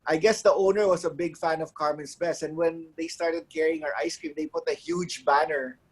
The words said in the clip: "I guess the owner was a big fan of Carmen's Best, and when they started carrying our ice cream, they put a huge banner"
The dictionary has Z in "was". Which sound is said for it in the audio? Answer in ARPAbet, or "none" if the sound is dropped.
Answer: S